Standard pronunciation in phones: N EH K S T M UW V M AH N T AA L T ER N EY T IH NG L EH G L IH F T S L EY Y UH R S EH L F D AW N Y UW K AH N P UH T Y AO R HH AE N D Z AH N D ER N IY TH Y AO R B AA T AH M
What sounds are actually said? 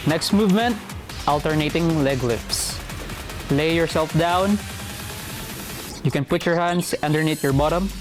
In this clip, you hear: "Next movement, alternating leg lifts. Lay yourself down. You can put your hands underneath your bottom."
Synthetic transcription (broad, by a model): N EH K S T M UW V M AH N T AA L T ER N EY T IH NG L EH G L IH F S L EY Y UH R S EH L F D AW N Y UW K AH N P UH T Y AO R HH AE N D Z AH N D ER N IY T Y AO R B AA T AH M